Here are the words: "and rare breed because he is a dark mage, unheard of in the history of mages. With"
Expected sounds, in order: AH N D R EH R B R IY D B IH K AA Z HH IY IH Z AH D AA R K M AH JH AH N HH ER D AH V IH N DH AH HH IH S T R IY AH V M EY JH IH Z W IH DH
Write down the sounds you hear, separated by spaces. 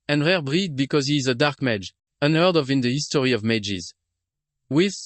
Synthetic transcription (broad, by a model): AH N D R EH R B R IY D B IH K AA Z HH IY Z AH D AA R K M AH JH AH N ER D AH V IH N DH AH HH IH S T R IY AH V M EY JH IH Z W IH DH